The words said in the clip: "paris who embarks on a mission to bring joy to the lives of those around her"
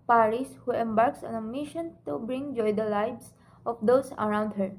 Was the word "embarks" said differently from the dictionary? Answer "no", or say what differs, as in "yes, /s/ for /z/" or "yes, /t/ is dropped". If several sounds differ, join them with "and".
no